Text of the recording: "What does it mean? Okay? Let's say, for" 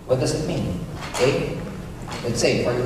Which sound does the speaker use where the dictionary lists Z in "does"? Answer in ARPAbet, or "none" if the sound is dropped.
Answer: Z